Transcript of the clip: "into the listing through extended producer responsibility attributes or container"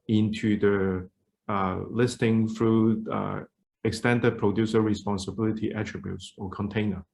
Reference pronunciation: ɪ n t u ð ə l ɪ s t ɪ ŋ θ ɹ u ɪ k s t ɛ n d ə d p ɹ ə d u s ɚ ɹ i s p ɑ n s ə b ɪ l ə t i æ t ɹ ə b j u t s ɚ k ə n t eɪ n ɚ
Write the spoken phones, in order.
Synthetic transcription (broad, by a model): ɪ n t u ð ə l ɪ s t ɪ ŋ f ɹ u ɪ k s t ɛ n d ə d p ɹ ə d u s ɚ ɹ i s p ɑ n s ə b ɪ l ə t i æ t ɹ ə b j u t s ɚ k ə n t eɪ n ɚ